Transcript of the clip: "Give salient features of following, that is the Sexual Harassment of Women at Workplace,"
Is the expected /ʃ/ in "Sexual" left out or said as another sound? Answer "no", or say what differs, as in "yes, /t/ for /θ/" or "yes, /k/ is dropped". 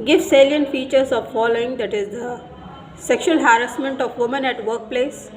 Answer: no